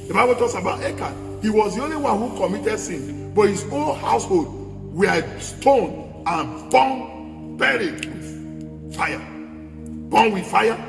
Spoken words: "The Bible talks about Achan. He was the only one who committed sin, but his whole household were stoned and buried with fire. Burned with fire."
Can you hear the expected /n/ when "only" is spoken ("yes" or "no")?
yes